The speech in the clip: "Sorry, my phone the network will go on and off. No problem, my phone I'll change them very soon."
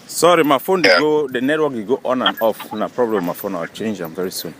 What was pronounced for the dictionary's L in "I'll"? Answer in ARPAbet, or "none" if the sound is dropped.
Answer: W